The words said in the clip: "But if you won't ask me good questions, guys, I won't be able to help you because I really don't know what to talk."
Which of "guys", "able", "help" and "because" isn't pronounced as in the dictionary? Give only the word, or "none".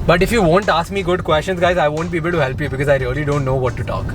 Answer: none